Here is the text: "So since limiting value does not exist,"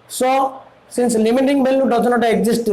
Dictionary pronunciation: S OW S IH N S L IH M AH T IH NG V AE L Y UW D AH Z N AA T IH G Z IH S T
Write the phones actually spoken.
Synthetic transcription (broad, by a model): S OW S IH N S L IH M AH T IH NG B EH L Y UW D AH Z N AA T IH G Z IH S T